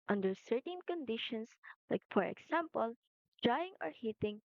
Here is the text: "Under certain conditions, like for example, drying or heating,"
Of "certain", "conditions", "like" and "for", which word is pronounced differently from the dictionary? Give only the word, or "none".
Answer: conditions